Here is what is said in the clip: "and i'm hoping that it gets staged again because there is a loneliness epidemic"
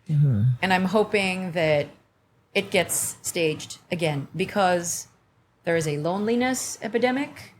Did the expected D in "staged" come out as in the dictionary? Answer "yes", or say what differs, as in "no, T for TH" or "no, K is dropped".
yes